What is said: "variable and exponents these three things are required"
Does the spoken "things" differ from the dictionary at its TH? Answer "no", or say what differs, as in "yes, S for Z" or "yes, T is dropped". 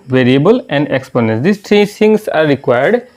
yes, S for TH